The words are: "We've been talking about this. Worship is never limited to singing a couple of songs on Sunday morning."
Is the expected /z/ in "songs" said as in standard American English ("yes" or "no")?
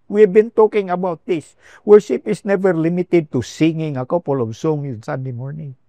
no